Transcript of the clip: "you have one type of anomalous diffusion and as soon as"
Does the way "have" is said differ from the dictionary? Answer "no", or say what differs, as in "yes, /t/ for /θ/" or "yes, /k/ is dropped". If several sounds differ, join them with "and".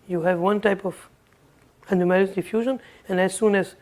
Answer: no